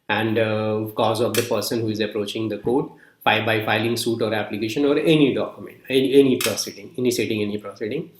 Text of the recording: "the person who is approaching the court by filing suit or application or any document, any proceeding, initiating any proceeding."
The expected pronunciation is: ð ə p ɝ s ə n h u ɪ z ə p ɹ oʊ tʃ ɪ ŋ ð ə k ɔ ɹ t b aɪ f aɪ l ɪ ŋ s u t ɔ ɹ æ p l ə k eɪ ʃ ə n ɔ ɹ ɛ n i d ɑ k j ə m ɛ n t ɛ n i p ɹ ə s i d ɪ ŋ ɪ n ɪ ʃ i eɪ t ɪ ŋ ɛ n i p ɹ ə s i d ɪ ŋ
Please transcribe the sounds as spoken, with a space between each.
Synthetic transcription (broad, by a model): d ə p ɝ s ə n h u ɪ z ə p ɹ oʊ tʃ ɪ ŋ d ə k ɔ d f b aɪ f aɪ l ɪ ŋ s u t ɔ ɹ æ p l ə k eɪ ʃ ə n ɔ ɹ ɛ n i d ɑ k j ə m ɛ n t ɛ n i p ɹ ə s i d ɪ ŋ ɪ n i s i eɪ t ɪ ŋ ɛ n i p ɹ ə s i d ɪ ŋ